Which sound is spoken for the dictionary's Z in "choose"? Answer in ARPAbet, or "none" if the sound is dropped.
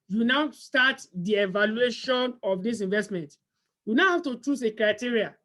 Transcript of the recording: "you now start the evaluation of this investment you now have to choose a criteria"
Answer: S